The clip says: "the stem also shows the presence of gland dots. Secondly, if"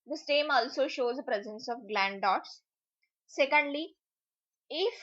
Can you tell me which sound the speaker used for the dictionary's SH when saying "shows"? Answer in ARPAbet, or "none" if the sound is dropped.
SH